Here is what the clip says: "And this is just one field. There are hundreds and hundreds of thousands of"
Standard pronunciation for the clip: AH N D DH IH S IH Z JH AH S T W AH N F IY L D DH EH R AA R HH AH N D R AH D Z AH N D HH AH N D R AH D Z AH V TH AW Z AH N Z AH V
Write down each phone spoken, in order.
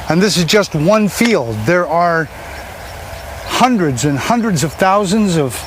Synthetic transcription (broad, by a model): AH N DH IH S IH Z JH AH S T W AH N F IY L D DH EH R AA R HH AH N D R AH D Z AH N HH AH N D R AH D Z AH V TH AW Z AH N Z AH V